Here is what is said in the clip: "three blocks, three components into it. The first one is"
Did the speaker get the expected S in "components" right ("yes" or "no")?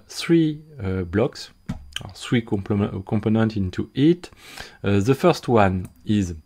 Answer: no